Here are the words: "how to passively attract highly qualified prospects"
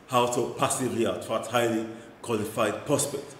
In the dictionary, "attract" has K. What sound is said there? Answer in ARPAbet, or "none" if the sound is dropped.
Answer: none